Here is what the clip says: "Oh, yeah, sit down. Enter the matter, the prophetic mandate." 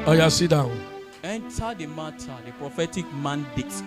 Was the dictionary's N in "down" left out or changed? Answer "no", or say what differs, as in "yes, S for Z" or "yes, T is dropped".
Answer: yes, N is dropped